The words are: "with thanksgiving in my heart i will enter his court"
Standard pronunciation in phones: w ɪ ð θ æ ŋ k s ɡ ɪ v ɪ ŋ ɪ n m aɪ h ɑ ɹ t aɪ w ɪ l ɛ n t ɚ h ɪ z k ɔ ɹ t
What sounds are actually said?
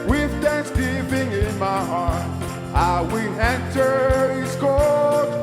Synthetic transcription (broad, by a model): w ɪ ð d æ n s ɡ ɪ p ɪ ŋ ɪ n m aɪ h ɑ ɹ t aɪ w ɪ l ɛ n t ɚ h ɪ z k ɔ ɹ